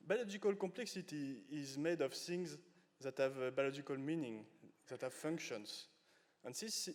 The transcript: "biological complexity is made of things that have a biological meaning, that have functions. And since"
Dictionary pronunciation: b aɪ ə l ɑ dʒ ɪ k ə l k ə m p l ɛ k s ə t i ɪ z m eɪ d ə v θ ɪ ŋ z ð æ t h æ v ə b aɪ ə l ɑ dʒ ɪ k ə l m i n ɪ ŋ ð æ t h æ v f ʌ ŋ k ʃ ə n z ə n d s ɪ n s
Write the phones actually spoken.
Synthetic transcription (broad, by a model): b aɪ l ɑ dʒ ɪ k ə l k ə m p l ɛ k s ə t i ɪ z m eɪ d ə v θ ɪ ŋ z ð æ t h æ v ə b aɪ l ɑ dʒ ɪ k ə l m i n ɪ ŋ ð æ t h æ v f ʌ ŋ k ʃ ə n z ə n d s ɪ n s